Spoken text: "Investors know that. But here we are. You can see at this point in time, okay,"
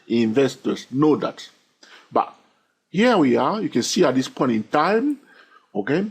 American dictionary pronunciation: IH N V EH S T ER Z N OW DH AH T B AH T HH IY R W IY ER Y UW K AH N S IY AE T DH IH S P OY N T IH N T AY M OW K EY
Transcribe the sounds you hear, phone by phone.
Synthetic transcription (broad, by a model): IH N V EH S T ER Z N OW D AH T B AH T HH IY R W IY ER Y UW K AH N S IY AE T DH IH S P OY N T IH N T AY M OW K EY